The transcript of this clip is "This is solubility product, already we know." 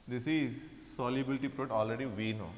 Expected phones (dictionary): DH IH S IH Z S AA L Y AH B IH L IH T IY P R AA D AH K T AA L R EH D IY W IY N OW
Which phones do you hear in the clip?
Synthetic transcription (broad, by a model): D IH S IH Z S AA L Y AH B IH L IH T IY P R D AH T AA L R EH D IY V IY N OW